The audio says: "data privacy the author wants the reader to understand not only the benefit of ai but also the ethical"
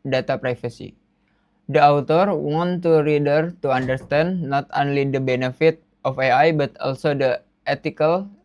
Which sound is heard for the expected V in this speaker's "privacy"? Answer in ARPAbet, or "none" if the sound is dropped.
F